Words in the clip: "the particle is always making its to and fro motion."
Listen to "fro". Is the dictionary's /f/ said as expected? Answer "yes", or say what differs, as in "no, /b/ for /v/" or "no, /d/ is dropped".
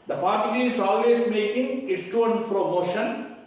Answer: no, /p/ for /f/